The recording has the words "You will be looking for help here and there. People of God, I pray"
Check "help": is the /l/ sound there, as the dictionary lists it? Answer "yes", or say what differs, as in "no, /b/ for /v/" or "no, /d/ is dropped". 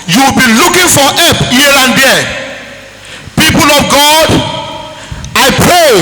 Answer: no, /l/ is dropped